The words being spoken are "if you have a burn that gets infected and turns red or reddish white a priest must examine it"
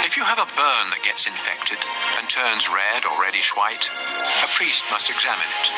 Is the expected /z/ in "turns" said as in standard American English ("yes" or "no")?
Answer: yes